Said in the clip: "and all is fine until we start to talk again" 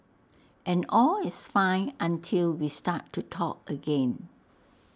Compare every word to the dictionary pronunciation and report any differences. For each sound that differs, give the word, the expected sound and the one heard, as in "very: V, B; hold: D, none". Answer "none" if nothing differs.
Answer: is: Z, S